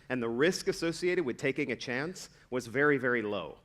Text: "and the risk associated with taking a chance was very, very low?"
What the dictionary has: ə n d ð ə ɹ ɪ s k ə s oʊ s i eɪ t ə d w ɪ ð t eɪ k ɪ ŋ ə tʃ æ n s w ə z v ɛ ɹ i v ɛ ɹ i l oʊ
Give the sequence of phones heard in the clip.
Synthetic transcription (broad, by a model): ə n ð ə ɹ ɪ s k ə s oʊ s i eɪ t ə d w ɪ ð t eɪ k ɪ ŋ ə tʃ æ n s w ə z v ɛ ɹ i v ɛ ɹ i l oʊ